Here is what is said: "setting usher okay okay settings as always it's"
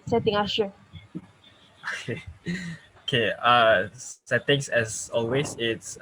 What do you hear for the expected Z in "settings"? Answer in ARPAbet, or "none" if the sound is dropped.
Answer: S